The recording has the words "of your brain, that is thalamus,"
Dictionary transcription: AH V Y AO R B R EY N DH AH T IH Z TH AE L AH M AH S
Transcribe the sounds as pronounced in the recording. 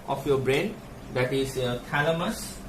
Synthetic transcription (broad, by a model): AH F Y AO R B R EY N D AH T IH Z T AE L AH M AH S